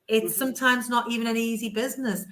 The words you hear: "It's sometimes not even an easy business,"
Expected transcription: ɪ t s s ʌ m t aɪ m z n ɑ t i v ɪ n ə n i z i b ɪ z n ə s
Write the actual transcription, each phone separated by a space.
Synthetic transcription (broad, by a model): ɪ t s s ʌ m t aɪ m z n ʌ t i v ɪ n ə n i z i b ɪ z n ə s